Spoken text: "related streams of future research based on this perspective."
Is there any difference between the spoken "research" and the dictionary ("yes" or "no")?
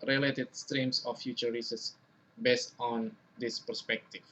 yes